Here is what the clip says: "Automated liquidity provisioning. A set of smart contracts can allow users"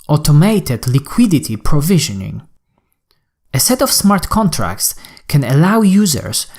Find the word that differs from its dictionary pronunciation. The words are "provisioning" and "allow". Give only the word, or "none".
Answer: none